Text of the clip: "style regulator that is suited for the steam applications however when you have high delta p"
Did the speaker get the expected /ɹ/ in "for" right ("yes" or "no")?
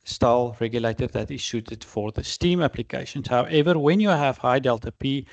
yes